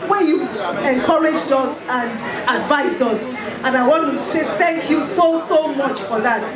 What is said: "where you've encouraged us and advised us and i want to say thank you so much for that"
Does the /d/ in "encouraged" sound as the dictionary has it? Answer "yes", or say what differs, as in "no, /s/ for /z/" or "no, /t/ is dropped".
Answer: yes